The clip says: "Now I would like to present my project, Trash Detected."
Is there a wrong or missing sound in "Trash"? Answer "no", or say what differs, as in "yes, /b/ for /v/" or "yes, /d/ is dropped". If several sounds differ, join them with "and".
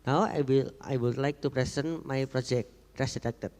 yes, /s/ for /ʃ/